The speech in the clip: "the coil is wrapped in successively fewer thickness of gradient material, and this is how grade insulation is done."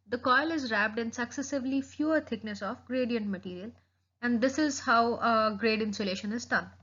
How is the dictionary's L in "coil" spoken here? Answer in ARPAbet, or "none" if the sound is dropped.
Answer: L